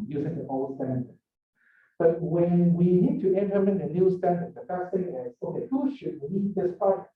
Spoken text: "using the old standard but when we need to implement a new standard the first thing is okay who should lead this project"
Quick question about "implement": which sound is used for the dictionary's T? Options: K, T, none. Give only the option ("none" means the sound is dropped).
none